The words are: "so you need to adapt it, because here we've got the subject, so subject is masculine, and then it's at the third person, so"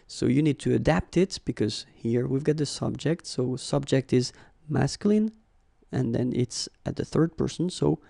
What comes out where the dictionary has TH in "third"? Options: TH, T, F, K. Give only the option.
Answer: TH